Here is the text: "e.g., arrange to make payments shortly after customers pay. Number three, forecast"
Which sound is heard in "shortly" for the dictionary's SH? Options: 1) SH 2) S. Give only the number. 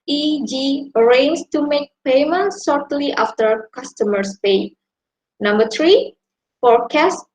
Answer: 2